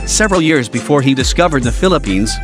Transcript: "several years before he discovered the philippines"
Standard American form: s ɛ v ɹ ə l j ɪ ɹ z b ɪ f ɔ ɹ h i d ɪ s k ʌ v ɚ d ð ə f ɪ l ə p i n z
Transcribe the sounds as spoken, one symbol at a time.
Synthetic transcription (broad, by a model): s ɛ v ɹ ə l j ɪ ɹ z b ɪ f ɔ ɹ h i d ɪ s k ʌ v ɚ d ð ə f ɪ l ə p i n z